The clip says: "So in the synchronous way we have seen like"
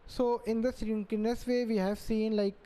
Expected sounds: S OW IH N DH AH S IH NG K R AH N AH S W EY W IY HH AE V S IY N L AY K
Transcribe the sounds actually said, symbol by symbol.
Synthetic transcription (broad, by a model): S OW IH N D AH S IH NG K AH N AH S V EY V IY HH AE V S IY N L AY K